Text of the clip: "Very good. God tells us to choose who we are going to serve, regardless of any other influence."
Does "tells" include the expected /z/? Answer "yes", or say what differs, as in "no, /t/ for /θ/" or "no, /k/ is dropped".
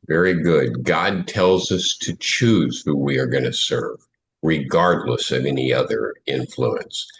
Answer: yes